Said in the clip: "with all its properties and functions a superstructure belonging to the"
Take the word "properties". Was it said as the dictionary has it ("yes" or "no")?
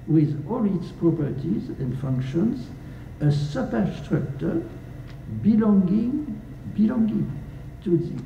yes